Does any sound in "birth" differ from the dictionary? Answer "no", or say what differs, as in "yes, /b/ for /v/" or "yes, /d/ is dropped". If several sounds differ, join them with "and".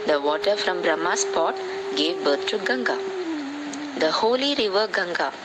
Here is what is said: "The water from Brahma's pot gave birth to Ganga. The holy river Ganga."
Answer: yes, /t/ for /θ/